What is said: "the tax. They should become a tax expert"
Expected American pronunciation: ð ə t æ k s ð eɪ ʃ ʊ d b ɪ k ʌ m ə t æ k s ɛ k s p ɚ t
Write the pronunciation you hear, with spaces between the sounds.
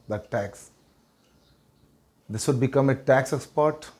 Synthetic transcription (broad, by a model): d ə t æ k s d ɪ s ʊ d b ɪ k ʌ m ə t æ k s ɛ k s p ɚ t